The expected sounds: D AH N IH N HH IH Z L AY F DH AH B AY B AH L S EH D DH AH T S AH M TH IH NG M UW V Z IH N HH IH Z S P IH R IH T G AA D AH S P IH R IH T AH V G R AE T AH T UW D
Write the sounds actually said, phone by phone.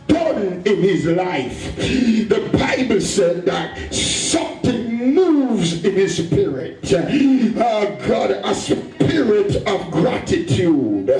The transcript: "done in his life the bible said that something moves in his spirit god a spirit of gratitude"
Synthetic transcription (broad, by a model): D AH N IH N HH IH Z L AY F DH AH B AY B AH L S EH D DH AH T S AH M TH IH NG M UW V Z IH N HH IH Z S P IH R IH T G AA D AH S P IH R IH T AH V G R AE T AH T UW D